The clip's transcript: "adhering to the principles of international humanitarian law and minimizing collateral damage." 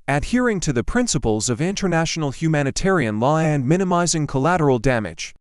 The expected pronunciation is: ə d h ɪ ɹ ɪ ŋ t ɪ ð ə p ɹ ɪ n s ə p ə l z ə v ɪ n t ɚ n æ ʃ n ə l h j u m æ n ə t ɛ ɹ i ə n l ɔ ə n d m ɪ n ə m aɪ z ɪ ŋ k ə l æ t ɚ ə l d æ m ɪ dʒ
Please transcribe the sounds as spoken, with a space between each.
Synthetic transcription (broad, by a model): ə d h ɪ ɹ ɪ ŋ t ɪ ð ə p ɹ ɪ n s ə p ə l z ə v ɪ n t ɚ n æ ʃ n l h j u m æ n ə t ɛ ɹ i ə n l ɔ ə n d m ɪ n ə m aɪ z ɪ ŋ k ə l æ t ɚ l d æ m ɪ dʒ